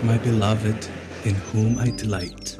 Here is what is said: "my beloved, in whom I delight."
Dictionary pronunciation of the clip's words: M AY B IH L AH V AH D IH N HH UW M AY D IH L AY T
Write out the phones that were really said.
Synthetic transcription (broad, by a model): M AY B IH L AH V AH D IH N HH UW M AY D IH L AY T